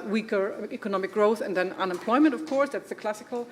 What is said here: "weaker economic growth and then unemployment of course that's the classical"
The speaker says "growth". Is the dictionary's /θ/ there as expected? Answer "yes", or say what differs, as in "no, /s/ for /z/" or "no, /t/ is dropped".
yes